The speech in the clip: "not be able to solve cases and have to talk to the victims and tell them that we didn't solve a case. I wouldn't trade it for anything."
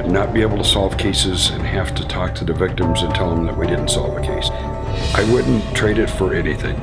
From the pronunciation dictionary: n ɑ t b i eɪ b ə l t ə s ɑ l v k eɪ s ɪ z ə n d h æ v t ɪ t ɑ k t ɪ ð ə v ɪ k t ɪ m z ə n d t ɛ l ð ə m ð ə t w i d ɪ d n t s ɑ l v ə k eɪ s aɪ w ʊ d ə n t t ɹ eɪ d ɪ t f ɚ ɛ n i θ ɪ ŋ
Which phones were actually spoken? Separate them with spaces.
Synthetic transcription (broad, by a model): n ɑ t b i eɪ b l t ə s ɑ l v k eɪ s ɪ z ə n h æ f t ɪ t ɑ k t ɪ ð ə v ɪ k t ɪ m z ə n t ɛ l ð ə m ð ə t w i d ɪ d n t s ɑ l v ə k eɪ s aɪ w ʊ d n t t ɹ eɪ d ɪ t f ɚ ɛ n i θ ɪ ŋ